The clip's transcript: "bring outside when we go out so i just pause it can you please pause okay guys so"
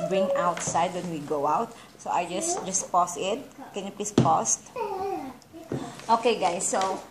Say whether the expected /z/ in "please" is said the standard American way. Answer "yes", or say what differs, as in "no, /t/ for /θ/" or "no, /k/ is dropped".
no, /s/ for /z/